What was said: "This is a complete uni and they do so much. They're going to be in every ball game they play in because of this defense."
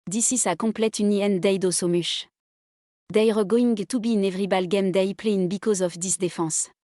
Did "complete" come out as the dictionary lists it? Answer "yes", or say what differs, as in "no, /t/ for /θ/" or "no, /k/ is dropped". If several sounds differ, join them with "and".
no, /m/ is dropped